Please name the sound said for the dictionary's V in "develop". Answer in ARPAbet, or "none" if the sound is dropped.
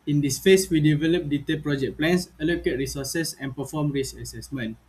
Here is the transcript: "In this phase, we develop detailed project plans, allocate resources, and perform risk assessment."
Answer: V